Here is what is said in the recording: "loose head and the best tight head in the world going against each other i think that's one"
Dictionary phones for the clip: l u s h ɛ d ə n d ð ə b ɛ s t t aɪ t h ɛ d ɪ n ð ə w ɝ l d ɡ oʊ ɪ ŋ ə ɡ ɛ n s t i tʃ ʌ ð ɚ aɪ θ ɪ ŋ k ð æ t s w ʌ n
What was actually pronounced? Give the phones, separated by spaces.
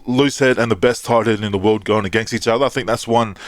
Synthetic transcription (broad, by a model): l u s h ɛ d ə n ð ə b ɛ s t t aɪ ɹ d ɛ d ɪ n ð ə w ɝ l d ɡ oʊ ɪ ŋ ə ɡ ɛ n s t i tʃ ʌ ð ɚ aɪ θ ɪ ŋ k ð æ t s w ʌ n